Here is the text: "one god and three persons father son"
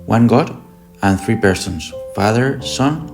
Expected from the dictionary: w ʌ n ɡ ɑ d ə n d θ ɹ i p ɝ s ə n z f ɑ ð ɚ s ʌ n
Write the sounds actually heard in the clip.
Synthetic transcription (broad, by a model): w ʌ n ɡ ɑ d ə n θ ɹ i p ɝ s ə n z f ɑ ð ɚ s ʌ n